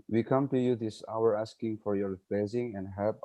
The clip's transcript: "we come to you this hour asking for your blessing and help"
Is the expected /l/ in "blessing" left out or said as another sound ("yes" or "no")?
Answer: yes